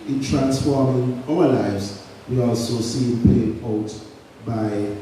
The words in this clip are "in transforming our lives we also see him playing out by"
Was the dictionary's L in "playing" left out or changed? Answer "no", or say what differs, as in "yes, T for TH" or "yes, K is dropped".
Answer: yes, L is dropped